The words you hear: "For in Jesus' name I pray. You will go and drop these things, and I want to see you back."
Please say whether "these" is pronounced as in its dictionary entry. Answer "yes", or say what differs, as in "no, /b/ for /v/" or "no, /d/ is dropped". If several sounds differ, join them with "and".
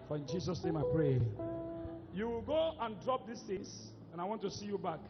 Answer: no, /s/ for /z/